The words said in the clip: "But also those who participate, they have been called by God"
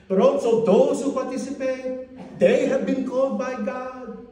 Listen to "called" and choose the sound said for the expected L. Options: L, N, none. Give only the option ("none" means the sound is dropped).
none